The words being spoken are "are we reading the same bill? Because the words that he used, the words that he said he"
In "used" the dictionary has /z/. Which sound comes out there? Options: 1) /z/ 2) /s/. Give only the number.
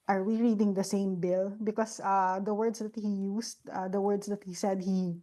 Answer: 2